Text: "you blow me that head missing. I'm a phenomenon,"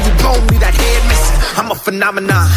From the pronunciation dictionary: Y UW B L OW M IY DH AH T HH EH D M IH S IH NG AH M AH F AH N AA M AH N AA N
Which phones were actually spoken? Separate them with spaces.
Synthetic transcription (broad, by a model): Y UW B OW M IY DH AH T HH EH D M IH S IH AH M AH F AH N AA M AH N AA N